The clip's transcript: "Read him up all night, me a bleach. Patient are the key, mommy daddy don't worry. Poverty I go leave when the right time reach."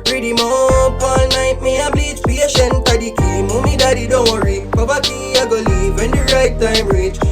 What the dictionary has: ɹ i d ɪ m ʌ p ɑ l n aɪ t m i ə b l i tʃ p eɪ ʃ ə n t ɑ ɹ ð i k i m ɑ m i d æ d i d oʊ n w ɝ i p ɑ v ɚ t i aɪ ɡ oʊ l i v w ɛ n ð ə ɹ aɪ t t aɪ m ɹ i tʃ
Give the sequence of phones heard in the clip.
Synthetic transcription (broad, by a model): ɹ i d ɪ m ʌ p ɑ l n aɪ t m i ə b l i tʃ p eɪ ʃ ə n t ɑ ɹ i k i m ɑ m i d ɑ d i d oʊ n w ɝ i b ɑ b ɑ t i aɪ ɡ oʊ l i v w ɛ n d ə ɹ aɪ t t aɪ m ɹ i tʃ